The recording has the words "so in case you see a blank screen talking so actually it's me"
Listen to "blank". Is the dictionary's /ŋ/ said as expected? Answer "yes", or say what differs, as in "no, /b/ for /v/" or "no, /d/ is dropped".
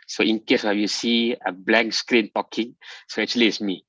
no, /ŋ/ is dropped